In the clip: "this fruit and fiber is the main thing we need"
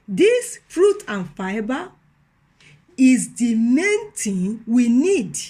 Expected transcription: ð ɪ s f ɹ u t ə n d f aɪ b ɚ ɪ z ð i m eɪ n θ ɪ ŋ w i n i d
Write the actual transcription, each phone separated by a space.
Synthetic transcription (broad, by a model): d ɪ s f ɹ u t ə n f aɪ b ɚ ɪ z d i m eɪ n t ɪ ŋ w i n i d